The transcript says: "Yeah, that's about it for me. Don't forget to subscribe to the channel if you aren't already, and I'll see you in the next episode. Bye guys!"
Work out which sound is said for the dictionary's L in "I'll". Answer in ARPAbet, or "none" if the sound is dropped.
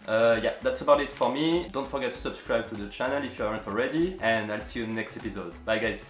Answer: L